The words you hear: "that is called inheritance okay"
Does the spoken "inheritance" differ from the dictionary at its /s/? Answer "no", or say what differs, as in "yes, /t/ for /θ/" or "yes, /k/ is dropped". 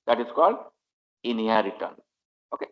yes, /s/ is dropped